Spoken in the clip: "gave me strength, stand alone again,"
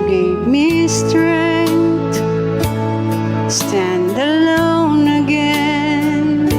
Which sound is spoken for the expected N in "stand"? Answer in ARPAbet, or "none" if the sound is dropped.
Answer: N